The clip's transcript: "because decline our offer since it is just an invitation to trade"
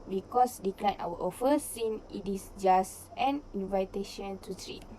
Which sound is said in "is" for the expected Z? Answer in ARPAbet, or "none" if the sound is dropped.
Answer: S